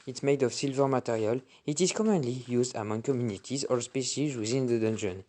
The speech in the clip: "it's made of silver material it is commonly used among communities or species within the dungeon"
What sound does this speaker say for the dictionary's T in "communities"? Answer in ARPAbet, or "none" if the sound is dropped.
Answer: T